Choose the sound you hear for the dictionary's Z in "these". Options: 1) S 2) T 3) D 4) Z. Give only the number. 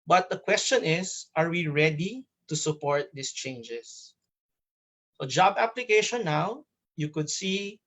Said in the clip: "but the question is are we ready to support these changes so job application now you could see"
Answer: 1